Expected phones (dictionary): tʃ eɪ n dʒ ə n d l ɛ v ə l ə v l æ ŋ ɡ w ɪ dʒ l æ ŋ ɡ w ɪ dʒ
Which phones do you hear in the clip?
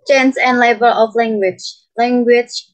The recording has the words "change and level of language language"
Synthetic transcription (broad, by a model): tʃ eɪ n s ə n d l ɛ b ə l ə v l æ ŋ ɡ w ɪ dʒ l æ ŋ ɡ w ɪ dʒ